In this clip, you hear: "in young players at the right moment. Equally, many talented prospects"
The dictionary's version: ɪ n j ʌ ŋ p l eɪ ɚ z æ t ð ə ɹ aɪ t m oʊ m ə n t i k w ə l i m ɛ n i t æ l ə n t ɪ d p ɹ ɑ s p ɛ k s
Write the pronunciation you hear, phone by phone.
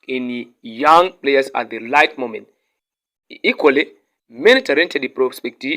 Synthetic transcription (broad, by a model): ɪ n j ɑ ŋ p l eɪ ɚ s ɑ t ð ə l aɪ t m oʊ m ə n t i k w ə l i m ɛ n i t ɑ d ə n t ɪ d p ɹ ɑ s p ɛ k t